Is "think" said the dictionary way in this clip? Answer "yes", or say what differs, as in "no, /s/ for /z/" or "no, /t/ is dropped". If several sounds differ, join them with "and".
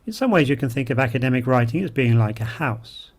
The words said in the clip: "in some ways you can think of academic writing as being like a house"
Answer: yes